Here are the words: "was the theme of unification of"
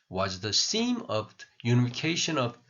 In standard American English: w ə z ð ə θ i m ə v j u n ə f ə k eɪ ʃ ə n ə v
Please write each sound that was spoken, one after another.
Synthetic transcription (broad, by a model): w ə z ð ə s i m ə v j u n ə f ə k eɪ ʃ ə n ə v